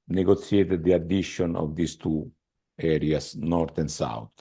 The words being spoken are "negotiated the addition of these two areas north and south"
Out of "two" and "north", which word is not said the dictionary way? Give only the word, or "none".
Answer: north